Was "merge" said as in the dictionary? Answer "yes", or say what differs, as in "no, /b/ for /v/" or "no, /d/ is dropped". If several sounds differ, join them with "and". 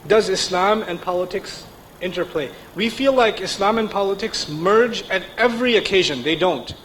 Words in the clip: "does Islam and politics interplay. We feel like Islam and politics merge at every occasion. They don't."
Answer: yes